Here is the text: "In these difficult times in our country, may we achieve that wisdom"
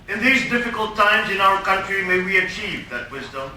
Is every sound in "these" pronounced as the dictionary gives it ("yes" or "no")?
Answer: yes